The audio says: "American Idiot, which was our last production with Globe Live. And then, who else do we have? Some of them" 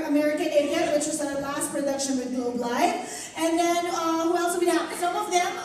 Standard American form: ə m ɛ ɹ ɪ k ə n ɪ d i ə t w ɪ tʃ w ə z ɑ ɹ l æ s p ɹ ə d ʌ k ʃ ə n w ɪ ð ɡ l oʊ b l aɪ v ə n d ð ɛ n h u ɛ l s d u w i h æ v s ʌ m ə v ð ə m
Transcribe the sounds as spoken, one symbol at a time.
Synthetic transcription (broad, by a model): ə m ɛ ɹ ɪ k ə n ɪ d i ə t w ɪ tʃ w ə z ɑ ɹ l æ s p ɹ ə d ʌ k ʃ ə n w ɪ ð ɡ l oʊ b l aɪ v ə n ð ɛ n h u ɛ l s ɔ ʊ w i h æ p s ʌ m ə v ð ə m